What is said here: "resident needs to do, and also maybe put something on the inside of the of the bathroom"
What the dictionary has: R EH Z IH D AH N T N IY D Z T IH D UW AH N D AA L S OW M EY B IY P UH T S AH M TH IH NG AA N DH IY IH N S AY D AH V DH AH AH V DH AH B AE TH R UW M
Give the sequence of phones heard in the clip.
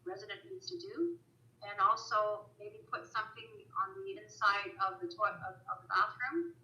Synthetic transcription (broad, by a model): R EH Z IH D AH N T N IY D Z T IH D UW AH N AA L S OW M EY B IY P UH T S AH M TH IH NG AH N DH IY IH N S AY D AH V DH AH AH V DH AH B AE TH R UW M